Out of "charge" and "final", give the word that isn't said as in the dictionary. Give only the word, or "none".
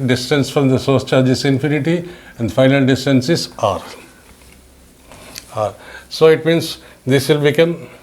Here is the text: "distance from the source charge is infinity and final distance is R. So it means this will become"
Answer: none